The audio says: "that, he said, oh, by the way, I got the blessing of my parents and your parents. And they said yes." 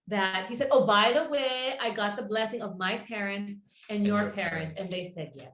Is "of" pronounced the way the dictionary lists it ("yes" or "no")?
yes